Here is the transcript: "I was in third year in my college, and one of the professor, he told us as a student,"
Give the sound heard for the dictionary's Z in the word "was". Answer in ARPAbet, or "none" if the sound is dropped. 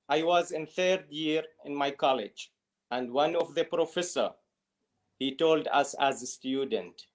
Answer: Z